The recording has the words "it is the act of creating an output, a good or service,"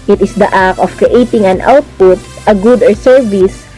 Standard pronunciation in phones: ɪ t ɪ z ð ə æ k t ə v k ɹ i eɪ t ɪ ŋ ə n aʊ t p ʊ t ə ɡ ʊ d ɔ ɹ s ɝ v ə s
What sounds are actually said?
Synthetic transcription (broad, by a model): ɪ t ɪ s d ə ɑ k ə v k ɹ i eɪ t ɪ ŋ ə n aʊ t p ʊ t ə ɡ ʊ d ɔ ɹ s ɝ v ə s